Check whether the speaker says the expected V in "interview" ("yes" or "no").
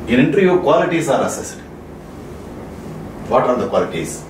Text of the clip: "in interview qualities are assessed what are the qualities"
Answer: no